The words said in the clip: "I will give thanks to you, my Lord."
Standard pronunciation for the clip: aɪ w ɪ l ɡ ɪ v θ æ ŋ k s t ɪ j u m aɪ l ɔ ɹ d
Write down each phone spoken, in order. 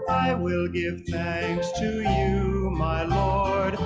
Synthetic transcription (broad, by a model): aɪ w ɪ l ɡ ɪ v θ æ ŋ k s t ɪ j u m aɪ l ɔ ɹ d